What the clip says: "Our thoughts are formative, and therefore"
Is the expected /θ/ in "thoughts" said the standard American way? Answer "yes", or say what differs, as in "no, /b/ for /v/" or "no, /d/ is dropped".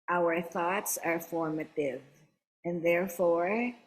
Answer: yes